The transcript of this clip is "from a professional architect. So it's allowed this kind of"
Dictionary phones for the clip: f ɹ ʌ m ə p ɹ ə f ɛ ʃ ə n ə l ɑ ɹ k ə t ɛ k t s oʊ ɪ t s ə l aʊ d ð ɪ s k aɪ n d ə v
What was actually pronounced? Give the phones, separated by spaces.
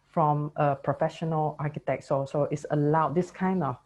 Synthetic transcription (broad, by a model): f ɹ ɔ m ə p ɹ ə f ɛ ʃ ə n ə l ɑ k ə t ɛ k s s oʊ ɪ t s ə l aʊ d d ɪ s k aɪ n d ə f